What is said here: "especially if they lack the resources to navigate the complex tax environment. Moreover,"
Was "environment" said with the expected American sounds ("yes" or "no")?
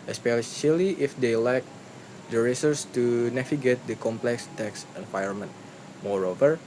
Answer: no